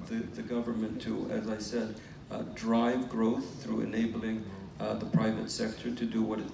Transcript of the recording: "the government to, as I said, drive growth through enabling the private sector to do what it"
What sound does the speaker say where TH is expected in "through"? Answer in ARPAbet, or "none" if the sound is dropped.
TH